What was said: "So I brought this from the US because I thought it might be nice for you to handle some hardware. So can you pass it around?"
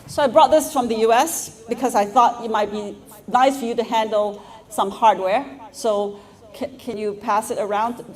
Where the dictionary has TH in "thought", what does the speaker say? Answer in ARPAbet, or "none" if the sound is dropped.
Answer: TH